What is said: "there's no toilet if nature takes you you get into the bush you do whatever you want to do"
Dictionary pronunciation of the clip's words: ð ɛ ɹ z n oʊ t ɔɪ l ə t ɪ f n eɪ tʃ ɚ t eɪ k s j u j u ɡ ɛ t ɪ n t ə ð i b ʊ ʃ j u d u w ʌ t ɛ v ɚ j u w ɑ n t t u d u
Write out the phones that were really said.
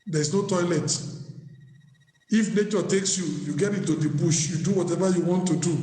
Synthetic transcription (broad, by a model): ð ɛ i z n oʊ t ɔɪ l ə t ɪ f n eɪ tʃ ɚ t eɪ k s j u j u ɡ ɛ t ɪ t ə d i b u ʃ j u d u w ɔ t ɛ v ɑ j u w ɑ n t t u d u